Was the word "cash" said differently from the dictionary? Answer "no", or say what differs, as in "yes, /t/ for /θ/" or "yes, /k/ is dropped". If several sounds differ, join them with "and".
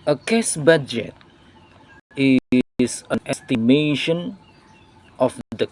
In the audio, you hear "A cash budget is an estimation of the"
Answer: yes, /s/ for /ʃ/